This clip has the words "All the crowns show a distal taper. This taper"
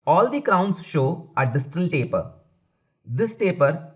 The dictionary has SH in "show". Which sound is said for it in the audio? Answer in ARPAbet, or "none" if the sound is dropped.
SH